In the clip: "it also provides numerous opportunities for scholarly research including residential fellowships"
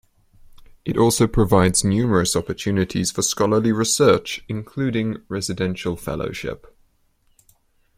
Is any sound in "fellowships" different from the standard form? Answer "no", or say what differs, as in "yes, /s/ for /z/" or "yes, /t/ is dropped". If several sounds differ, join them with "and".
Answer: yes, /s/ is dropped